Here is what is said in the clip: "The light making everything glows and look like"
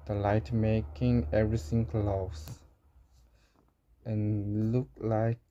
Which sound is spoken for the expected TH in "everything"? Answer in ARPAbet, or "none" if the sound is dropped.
S